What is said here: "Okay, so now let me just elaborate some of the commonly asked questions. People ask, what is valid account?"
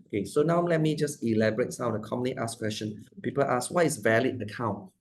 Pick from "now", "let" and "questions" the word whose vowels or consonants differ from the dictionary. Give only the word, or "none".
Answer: questions